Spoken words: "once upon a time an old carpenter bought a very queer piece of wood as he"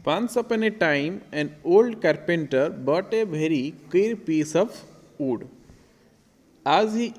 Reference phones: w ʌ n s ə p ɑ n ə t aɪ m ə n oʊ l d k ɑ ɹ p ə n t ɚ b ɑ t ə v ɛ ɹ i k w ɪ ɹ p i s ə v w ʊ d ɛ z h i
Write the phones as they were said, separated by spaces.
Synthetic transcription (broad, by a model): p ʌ n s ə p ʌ n ə t aɪ m ə n oʊ l d k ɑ ɹ p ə n t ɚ b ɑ t ə b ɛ ɹ i k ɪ ɹ p i s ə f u d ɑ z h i